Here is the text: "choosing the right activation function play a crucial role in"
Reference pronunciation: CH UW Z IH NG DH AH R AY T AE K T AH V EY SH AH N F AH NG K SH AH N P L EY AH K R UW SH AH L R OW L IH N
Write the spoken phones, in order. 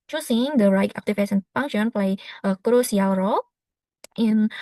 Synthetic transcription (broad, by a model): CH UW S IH NG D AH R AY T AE K T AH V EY S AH N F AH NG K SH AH N P L EY AH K R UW S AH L R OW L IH N